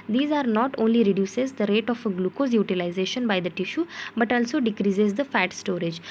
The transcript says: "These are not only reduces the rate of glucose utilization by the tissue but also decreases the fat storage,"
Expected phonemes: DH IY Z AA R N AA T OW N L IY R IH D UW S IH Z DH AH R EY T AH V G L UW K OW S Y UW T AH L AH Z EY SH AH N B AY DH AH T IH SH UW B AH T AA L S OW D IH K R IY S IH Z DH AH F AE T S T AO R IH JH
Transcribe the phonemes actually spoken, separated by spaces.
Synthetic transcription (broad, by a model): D IY Z AA R N AA T OW N L IY R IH D UW S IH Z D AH R EY T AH F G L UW K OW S Y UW T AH L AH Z EY SH AH N B AY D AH T IH SH UW B AH T AA L S OW D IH K R IY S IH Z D AH F AE T S T AO R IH JH